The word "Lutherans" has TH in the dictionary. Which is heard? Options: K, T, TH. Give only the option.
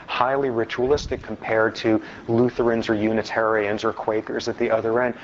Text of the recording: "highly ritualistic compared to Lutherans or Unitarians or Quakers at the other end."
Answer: TH